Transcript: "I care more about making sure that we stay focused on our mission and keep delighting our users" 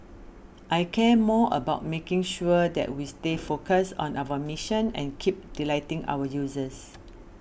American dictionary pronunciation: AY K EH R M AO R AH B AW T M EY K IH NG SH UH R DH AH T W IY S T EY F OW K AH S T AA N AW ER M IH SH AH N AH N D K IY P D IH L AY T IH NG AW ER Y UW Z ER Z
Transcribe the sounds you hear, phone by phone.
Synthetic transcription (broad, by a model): AY K EH M AO AH B AW T M EY K IH NG SH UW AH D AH T W IY S T EY F OW K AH S AA N AW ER M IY SH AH N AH N K IY P D IH L AY T IH NG AW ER Y UW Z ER S